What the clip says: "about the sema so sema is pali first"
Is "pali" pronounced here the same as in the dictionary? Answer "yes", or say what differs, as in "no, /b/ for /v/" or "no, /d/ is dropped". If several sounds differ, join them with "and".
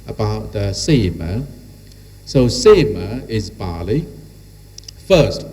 no, /b/ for /p/